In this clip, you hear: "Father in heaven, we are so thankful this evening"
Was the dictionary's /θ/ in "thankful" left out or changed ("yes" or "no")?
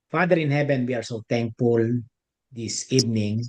yes